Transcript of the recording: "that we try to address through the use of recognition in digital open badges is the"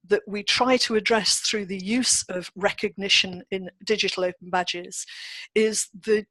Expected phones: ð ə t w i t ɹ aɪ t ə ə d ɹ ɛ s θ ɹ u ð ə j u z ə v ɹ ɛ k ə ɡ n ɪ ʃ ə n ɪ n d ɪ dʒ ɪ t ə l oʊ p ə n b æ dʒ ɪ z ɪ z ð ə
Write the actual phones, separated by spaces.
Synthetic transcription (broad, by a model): ð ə t w i t ɹ aɪ t ə ə d ɹ ɛ s θ ɹ u ð ə j u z ə v ɹ ɛ k ə ɡ n ɪ ʃ ə n ɪ n d ɪ dʒ ɪ t ə l oʊ p ə n b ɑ dʒ ɪ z ɪ z ð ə